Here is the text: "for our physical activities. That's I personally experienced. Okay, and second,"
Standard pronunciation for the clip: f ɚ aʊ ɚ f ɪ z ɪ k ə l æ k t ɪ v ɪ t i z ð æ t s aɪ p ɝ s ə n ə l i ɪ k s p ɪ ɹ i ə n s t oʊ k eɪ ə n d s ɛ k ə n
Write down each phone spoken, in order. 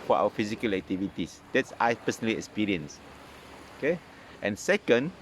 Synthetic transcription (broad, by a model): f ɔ aʊ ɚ f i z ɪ k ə l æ k t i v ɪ t i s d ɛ t s aɪ p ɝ s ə n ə l i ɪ k s p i ɹ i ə n s oʊ k eɪ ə n s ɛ k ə n